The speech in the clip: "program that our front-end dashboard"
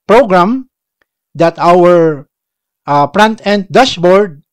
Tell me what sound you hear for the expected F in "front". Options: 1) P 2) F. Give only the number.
1